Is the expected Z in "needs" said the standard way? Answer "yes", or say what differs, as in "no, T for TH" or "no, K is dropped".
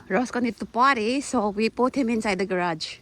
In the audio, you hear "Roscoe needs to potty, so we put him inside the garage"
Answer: no, Z is dropped